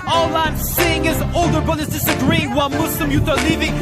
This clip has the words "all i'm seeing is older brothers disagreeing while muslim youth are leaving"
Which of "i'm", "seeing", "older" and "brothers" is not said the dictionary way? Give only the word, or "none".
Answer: brothers